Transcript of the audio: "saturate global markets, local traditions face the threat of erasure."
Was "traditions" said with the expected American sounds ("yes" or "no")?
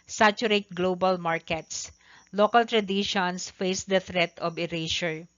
no